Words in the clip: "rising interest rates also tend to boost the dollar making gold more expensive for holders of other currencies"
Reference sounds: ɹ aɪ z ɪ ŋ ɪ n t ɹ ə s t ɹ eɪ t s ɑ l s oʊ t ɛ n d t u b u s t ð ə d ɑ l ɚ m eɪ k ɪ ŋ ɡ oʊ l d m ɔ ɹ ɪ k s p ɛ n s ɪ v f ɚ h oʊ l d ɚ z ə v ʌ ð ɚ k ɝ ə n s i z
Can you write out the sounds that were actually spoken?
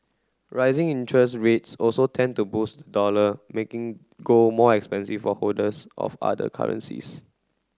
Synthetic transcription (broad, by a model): ɹ aɪ z ɪ ŋ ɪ n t ɹ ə s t ɹ eɪ t s ɑ l s oʊ t ɛ n t u b u s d ə d ɑ l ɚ m eɪ k ɪ ŋ ɡ oʊ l m ɔ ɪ k s p ɛ n s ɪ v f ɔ h oʊ d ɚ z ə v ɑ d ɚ k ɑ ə n s i s